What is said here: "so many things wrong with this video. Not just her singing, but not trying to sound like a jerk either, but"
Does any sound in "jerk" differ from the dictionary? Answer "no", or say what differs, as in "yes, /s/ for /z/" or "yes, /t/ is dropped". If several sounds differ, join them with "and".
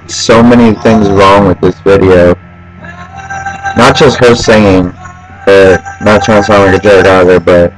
yes, /k/ is dropped